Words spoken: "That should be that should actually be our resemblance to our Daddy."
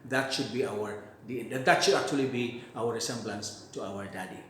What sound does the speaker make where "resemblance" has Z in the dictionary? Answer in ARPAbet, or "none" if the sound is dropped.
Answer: S